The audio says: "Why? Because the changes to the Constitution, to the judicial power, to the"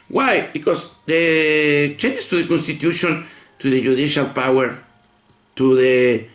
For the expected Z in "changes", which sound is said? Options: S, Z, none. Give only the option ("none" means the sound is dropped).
S